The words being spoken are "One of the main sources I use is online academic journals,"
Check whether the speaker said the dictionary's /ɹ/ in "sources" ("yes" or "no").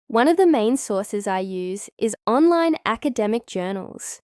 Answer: yes